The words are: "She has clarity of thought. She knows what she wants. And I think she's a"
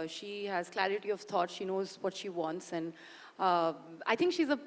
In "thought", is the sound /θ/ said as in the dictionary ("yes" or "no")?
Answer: no